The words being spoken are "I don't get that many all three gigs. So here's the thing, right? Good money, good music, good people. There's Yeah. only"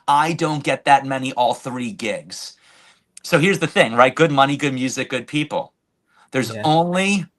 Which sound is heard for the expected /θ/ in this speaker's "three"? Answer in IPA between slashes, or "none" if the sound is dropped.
/θ/